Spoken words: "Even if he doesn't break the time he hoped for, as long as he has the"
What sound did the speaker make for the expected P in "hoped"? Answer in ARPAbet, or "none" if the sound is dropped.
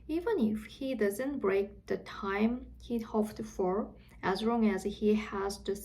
F